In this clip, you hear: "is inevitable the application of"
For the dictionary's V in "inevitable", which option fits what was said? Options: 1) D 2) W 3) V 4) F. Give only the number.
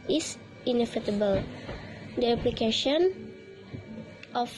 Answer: 4